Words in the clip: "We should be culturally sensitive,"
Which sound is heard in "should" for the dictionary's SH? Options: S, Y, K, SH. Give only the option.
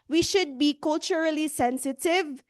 SH